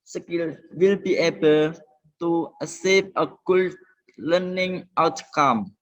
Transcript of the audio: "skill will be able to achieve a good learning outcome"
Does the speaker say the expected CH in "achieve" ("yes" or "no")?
no